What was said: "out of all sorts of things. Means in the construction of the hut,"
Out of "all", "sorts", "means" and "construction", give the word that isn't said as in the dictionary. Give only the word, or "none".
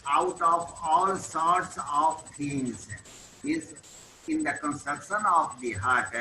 means